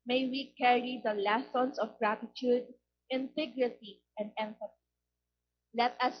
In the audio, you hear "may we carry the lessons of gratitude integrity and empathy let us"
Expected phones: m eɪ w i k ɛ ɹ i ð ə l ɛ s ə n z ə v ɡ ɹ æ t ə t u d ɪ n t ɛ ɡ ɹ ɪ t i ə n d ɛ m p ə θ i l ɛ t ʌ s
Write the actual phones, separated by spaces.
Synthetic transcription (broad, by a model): m eɪ w i k ɛ ɹ i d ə l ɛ s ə n s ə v ɡ ɹ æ t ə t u d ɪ n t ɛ ɡ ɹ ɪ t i ə n d ɛ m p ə t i l ɛ t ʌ s